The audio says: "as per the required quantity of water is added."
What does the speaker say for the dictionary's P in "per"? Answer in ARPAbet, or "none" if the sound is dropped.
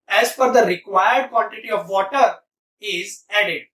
F